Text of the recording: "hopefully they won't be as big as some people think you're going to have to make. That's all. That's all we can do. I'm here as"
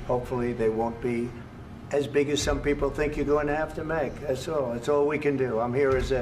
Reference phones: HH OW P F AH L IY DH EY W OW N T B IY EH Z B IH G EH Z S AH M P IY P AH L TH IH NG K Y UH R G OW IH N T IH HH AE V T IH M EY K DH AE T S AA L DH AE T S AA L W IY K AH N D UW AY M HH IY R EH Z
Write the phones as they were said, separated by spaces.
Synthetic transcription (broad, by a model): HH OW P F L IY DH EY W OW N B IY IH Z B IH G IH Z S AH M P IY P L TH IH NG K Y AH R G OW IH N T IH HH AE F T IH M EY K DH AE T S AA L DH AE T S AA L W IY K AH N D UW AY M HH IY R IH Z